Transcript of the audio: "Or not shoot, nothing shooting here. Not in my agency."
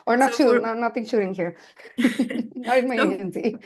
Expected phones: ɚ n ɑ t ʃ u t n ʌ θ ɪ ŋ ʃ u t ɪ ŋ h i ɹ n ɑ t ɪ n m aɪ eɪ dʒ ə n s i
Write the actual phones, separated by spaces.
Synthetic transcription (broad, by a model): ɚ n ɑ t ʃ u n n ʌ t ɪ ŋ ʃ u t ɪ ŋ h i ɹ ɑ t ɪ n m aɪ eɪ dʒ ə n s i